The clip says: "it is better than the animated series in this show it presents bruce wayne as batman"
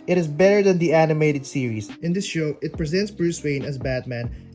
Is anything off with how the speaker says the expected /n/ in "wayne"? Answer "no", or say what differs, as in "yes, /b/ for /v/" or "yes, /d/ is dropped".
no